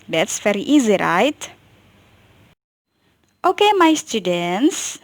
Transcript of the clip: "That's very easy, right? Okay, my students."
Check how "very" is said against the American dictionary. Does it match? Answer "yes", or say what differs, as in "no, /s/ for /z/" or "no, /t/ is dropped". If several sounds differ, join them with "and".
no, /f/ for /v/